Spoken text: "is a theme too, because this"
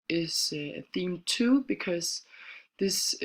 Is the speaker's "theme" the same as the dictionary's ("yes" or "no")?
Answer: yes